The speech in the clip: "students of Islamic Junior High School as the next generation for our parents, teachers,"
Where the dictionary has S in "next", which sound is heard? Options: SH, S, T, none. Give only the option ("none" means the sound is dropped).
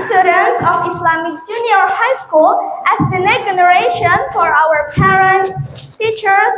none